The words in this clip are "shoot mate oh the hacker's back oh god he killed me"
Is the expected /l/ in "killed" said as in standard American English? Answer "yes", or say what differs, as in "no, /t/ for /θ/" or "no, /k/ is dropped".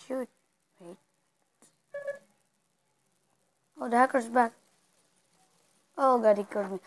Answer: no, /l/ is dropped